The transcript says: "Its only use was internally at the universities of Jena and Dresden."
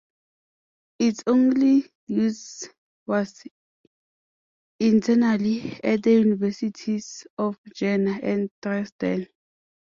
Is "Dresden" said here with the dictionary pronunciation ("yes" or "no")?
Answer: no